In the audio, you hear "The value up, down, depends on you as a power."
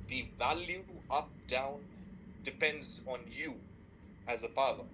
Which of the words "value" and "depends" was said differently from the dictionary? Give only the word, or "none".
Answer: none